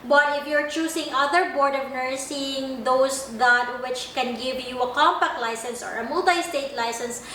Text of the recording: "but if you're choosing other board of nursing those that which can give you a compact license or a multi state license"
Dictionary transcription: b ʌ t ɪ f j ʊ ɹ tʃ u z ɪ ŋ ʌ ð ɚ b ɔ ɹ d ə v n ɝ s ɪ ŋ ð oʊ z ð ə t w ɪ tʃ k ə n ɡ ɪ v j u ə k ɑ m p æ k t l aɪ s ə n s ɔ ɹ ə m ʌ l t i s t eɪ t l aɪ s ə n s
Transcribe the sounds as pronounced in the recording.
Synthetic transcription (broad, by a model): b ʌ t ɪ f j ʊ ɹ tʃ u s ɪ ŋ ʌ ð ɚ b ɔ ɹ d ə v n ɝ s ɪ ŋ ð oʊ s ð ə t w ɪ tʃ k ə n ɡ ɪ v j u ə k ɑ m p æ k t l aɪ s ə n s ɔ ɹ ə m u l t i s t eɪ t l aɪ s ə n s